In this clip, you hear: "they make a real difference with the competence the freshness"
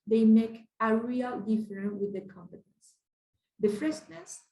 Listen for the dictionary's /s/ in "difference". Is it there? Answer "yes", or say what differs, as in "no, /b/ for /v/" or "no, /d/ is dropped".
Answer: no, /s/ is dropped